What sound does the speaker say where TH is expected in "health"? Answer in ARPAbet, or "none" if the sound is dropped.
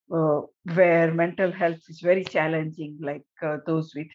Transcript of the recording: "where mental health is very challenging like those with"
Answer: T